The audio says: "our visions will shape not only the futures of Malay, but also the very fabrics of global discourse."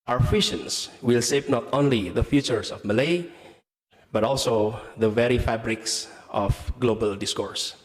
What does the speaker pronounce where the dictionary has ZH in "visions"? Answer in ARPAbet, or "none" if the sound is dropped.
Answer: SH